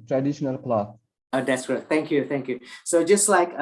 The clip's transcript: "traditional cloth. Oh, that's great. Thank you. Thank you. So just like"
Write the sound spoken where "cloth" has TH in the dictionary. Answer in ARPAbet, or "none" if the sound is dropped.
S